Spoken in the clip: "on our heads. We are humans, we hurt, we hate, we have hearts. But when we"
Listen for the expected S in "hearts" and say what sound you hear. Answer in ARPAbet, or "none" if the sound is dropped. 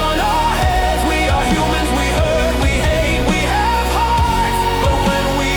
none